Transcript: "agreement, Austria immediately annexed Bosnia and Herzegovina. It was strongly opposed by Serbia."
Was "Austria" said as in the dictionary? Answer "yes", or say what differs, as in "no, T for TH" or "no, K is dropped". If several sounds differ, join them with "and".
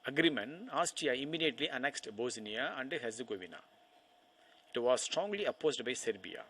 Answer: no, R is dropped